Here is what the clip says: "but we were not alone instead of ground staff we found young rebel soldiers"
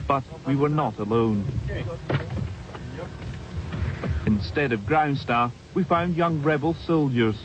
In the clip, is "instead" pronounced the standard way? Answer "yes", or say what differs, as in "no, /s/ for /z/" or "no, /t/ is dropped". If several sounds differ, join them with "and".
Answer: yes